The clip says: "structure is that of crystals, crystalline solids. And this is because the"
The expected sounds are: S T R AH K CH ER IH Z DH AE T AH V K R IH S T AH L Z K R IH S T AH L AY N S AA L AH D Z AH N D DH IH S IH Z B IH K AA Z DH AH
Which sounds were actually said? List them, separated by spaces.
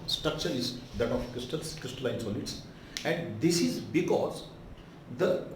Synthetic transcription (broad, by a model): S T R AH K CH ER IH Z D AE T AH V K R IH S T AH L S K R IH S T AH L AY N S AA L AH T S AH N D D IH S IH Z B IH K AA Z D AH